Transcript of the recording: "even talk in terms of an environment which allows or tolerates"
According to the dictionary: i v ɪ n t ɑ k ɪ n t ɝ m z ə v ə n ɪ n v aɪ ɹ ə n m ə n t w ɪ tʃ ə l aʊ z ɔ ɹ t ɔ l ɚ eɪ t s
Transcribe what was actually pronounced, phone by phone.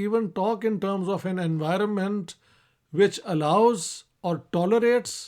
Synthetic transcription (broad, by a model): i v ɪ n t ɑ k ɪ n t ɝ m z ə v ə n ɪ n v aɪ ɹ ə n m ə n t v ɪ tʃ ə l aʊ z ɔ ɹ t ɔ l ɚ eɪ t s